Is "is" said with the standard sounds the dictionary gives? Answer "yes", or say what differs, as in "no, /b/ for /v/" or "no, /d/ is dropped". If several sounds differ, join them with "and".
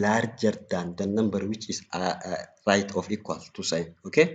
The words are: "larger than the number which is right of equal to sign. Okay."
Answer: no, /s/ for /z/